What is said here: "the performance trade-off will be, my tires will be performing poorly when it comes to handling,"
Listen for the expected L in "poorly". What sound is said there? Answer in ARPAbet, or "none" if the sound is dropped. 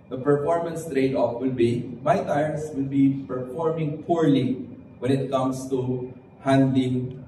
L